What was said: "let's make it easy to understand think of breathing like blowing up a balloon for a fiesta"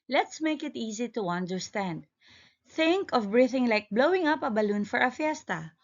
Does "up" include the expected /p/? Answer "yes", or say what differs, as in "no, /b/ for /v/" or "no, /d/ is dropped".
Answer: yes